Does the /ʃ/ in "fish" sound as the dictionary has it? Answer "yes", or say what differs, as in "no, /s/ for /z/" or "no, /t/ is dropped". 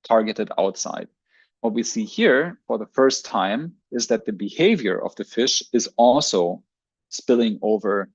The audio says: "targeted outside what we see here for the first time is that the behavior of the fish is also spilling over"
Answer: yes